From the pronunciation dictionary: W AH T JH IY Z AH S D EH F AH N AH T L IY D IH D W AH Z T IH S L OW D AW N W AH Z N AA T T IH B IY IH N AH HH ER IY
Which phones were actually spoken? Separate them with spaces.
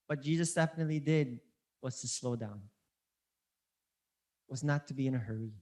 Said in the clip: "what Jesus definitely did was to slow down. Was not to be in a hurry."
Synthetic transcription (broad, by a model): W AH T JH IY Z AH S D EH F AH N AH T L IY D IH D W AH Z T IH S L OW D AW N W AH Z N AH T T IH B IY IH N AH HH ER IY